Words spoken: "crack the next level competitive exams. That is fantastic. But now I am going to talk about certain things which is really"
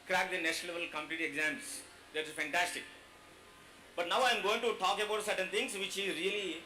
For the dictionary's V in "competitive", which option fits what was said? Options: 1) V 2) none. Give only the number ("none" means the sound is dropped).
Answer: 2